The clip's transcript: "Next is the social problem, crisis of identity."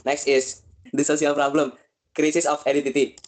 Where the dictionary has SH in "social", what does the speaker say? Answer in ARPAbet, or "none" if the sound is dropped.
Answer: S